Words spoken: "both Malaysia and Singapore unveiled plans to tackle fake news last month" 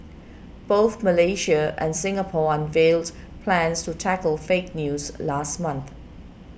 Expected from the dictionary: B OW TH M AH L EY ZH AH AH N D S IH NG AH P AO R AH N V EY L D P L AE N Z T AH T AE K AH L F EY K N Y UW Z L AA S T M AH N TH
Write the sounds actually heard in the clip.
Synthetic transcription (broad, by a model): B OW TH M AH L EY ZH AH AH N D S IH NG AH P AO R AH N V EY L D P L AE N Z T AH T AE K AH L F EY K N Y UW Z L AA S T M AH N TH